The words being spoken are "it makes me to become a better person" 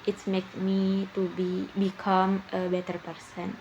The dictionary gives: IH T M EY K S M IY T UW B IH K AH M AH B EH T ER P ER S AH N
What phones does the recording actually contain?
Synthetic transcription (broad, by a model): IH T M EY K M IY T UW B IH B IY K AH B EH T ER P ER S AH N